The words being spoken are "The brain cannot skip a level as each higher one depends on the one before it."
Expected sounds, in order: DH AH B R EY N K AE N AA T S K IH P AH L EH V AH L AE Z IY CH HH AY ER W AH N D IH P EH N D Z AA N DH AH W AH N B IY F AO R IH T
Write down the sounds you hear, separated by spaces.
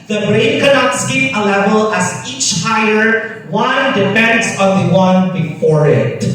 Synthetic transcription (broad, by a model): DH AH B R EY N K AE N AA T S K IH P AH L EH V AH L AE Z IY CH HH AY ER W AH N D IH F EH N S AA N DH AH W AH N B IY F AO R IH T